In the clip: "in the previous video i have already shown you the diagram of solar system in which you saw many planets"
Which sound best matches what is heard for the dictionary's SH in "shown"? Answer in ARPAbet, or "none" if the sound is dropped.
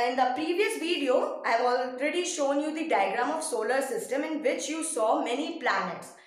SH